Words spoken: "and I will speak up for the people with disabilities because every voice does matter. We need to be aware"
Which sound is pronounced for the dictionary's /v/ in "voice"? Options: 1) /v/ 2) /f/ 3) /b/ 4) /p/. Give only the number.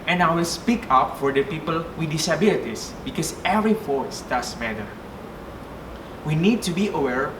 2